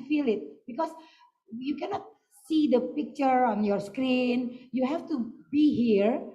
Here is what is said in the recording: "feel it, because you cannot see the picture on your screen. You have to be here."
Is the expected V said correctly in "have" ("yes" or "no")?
no